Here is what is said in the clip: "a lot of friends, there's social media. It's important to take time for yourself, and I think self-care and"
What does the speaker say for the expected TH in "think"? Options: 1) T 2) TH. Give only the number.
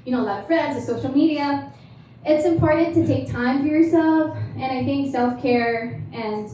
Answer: 2